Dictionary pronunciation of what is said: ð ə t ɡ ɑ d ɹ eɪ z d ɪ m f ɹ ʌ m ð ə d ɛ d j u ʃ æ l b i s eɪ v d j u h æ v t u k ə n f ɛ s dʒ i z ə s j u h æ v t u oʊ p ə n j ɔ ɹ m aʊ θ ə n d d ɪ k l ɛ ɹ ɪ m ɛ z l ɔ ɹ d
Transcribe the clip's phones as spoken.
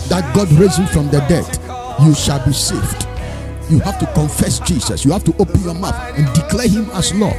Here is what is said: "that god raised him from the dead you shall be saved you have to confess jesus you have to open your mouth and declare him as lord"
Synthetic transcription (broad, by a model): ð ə t ɡ ɑ d ɹ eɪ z ɪ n f ɹ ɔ m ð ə d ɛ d j u ʃ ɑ l b i s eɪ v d j u h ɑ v t u k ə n f ɛ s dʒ i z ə s j u h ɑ f t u oʊ p ə n j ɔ m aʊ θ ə n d d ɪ k l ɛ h ɪ m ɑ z l ɔ